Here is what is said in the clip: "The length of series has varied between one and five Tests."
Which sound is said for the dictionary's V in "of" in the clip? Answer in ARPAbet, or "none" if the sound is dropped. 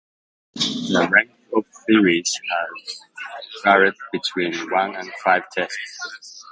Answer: P